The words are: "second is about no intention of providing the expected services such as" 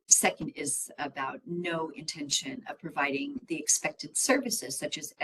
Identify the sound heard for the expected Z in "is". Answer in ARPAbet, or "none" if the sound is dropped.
Z